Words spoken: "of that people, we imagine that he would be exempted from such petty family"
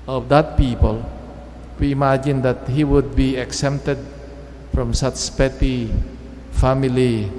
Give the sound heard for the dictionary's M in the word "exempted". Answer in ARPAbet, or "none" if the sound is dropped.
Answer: none